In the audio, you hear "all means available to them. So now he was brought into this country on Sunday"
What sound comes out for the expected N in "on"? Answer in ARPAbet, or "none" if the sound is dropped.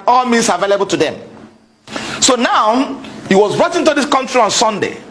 N